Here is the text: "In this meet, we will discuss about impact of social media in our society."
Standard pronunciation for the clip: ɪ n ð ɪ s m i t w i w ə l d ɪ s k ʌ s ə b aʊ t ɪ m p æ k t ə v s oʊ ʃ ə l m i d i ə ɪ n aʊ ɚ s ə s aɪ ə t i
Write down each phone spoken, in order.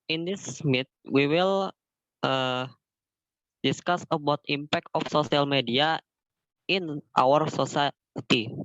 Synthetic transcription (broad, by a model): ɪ n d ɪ s m i t w i w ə l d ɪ s k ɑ s ə b aʊ t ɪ m p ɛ k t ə f s oʊ s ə l m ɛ d i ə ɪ n aʊ ɚ s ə s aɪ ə t i